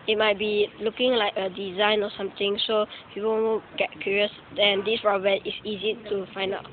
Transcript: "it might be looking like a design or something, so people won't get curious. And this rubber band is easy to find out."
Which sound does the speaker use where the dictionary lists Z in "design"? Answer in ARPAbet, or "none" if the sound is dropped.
Z